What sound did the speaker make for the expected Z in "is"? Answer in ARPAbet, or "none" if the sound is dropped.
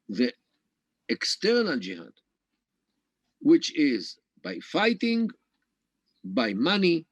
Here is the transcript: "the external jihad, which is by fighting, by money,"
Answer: Z